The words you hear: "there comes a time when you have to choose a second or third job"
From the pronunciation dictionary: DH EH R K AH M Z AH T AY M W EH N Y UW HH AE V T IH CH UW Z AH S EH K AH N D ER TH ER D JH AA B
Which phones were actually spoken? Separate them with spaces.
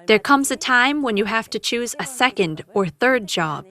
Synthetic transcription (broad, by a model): DH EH R K AH M Z AH T AY M W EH N Y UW HH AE F T IH CH UW Z AH S EH K AH N D ER TH ER D JH AA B